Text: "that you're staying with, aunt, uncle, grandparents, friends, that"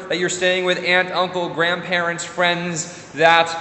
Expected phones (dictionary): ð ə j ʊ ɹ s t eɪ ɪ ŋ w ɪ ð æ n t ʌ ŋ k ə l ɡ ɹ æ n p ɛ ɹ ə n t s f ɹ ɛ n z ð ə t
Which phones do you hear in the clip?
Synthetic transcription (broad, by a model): ð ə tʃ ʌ ɹ s t eɪ ɪ ŋ w ɪ ð æ n t ʌ ŋ k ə l ɡ ɹ æ n p ɛ ɹ ə n t s f ɹ ɛ n z ð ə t